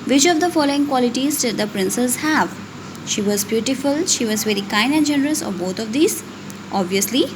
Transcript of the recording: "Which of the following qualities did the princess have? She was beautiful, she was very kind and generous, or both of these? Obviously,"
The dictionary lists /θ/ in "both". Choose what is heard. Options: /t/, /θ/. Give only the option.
/t/